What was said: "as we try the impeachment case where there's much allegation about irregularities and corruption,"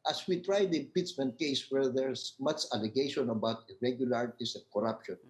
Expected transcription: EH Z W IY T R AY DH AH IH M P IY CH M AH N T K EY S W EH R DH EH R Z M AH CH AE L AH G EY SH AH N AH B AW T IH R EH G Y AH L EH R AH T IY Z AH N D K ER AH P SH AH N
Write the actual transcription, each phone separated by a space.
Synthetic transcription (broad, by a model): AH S W IY T R AY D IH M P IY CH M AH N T K EY S W EH R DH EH R S M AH CH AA L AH G EY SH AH N AH B AW T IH R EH G Y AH L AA R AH T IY S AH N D K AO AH P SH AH N